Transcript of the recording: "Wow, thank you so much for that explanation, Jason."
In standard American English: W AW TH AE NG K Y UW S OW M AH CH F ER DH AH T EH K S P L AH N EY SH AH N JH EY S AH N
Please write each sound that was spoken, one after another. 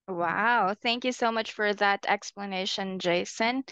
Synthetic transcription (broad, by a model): W AW TH AE NG K Y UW S OW M AH CH F ER DH AH T EH K S P L AH N EY SH AH N JH EY S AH N